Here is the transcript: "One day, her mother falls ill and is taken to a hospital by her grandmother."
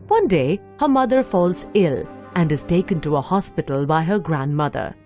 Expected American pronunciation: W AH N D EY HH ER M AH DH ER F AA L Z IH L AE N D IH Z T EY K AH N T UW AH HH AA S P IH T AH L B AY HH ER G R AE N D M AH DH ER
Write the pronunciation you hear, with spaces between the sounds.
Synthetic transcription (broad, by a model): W AH N D EY HH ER M AH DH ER F AA L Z IH L AE N D IH Z T EY K AH N T UW AH HH AA S P IH T AH L B AY HH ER G R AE N D M AH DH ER